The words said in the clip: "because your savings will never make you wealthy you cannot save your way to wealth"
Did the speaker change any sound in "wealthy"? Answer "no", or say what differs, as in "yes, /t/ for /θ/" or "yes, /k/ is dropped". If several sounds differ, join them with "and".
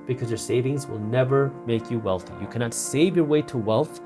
no